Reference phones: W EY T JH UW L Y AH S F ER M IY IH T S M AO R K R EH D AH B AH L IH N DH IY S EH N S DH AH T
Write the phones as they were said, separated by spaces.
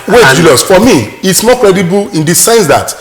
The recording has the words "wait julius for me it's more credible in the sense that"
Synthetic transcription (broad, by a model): W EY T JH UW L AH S F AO M IY IH T S M AO K R EH D AH B AH L IH N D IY S EH N S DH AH T